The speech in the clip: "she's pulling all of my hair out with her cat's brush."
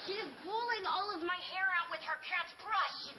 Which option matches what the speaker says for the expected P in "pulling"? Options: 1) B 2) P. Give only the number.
1